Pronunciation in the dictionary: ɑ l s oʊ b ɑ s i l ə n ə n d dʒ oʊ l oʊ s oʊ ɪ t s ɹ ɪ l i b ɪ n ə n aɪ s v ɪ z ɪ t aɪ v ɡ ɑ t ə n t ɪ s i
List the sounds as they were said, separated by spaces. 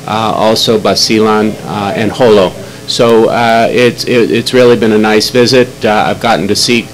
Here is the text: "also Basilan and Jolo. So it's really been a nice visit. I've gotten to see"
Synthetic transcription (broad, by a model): ɑ l s oʊ b ɑ s i l ə n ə n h oʊ l oʊ s oʊ ɪ t s ɹ ɪ l i b ɪ n ə n aɪ s v ɪ z ɪ t aɪ v ɡ ɑ t n t ɪ s i